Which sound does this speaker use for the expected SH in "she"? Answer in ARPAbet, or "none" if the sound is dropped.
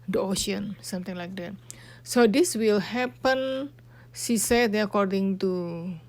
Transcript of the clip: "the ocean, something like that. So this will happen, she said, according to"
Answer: S